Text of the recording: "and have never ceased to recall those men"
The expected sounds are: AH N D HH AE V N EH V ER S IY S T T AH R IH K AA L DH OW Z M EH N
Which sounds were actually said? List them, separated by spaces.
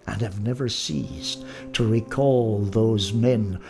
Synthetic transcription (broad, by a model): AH N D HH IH V N EH V ER S IY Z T T AH R IH K AA L DH OW Z M EH N